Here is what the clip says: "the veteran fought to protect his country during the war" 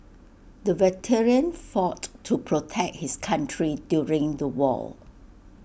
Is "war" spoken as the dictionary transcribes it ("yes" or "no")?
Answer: no